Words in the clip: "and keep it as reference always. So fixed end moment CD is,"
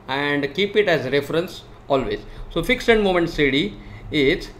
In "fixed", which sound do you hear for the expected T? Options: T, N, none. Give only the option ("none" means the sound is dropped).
none